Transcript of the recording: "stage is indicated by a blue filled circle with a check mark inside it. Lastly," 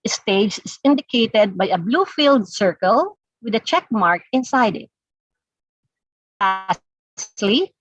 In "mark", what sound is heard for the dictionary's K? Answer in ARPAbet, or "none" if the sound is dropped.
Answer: K